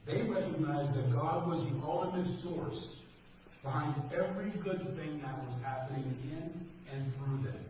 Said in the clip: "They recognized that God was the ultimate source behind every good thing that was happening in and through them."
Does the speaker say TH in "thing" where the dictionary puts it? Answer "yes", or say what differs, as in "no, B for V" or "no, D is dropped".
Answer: yes